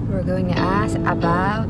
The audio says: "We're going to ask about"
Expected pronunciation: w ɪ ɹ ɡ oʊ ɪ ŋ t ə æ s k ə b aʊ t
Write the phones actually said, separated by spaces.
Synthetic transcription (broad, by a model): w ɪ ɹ ɡ oʊ ɪ ŋ t ə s ə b aʊ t